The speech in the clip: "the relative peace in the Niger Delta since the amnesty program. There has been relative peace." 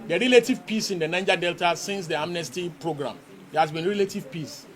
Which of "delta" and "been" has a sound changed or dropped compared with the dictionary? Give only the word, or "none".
none